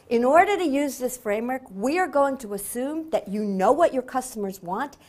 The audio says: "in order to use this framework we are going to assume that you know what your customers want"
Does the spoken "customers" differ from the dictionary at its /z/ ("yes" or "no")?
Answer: no